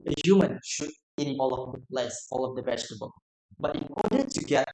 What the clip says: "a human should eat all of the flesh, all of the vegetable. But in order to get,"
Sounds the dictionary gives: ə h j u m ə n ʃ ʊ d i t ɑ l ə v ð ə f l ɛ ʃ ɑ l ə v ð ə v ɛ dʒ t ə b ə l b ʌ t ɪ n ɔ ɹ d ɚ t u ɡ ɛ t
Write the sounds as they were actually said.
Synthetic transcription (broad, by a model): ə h j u m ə n ʃ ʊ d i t ɑ l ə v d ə l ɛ s ɑ l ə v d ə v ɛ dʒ t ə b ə l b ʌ t ɪ n ɔ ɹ d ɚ t u ɡ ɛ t